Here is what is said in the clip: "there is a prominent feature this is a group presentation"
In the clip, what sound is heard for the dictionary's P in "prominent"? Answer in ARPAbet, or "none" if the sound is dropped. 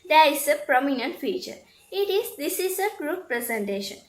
P